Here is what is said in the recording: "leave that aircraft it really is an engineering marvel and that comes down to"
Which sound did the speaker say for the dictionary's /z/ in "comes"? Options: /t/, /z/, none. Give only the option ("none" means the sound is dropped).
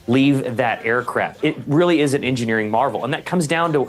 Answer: /z/